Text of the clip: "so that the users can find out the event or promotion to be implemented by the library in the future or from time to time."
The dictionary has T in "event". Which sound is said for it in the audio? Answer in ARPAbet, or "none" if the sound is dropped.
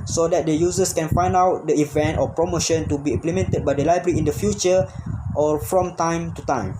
T